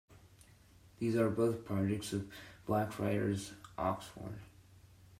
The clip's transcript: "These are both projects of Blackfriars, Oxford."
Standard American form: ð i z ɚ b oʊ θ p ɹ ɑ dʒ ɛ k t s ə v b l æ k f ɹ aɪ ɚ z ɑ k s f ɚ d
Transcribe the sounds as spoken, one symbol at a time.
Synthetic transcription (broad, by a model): ð i z ɚ b oʊ θ p ɹ ɑ dʒ ɛ k t s ə v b l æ k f ɹ aɪ ɚ z ɑ k s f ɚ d